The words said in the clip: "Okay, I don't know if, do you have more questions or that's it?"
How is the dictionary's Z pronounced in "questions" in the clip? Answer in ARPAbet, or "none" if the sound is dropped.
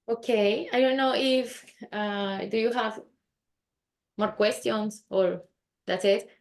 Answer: S